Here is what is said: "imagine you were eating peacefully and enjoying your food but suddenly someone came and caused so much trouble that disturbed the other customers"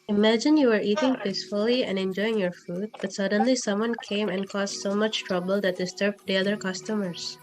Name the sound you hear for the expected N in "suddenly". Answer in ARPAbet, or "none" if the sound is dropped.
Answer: N